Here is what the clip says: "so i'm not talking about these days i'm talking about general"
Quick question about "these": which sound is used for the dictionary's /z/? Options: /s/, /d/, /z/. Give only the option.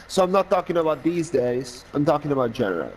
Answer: /z/